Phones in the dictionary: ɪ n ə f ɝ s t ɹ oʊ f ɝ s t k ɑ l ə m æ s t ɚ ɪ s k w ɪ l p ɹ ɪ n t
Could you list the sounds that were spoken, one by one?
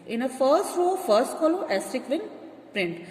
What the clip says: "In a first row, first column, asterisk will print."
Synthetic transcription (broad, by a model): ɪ n ə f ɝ s t ɹ oʊ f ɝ s t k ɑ l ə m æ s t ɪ k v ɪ n p ɹ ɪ n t